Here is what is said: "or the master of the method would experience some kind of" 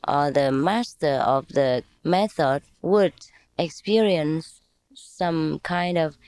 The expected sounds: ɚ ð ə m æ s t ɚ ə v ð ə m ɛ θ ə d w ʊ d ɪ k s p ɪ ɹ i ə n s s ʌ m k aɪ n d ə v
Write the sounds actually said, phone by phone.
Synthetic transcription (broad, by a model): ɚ ð ə m æ s t ɚ ə v ð ə m ɛ θ ə d w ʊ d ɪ k s p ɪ ɹ i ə n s s ʌ m k aɪ n d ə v